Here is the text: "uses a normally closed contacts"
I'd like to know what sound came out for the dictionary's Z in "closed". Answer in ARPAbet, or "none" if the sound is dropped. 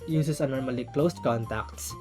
S